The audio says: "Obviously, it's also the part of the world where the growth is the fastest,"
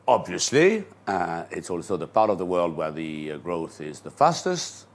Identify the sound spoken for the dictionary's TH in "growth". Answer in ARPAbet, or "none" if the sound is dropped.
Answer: TH